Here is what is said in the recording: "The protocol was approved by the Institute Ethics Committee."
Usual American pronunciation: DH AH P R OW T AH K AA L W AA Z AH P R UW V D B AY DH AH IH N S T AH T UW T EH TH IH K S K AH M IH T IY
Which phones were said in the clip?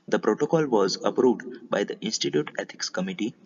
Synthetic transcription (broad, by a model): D AH P R OW T AH K AA L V AA Z AH P R UW V D B AY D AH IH N S T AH T UW T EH T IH K S K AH M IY T IY